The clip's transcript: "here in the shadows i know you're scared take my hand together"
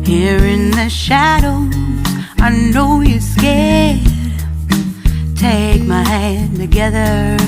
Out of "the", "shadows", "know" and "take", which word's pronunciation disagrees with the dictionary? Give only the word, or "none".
shadows